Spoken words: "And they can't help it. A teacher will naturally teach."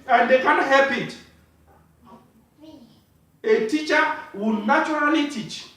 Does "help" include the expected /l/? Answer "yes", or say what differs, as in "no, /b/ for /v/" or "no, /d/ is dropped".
no, /l/ is dropped